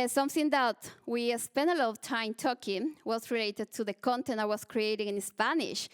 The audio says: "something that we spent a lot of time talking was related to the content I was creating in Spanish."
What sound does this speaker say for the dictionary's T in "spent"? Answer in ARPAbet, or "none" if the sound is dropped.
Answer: none